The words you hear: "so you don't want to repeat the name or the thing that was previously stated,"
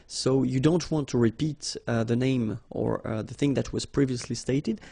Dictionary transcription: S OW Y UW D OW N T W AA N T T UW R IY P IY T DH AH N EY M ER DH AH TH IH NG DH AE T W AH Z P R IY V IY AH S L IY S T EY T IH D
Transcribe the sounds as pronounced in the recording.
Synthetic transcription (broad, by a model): S OW Y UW D OW N T W AA N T T UW R IY P IY T DH AH N EY M ER DH AH TH IH NG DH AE T W AH Z P R IY V IY AH S L IY S T EY T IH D